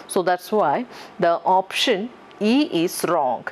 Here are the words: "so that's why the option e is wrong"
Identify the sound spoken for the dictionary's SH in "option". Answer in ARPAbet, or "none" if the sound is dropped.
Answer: SH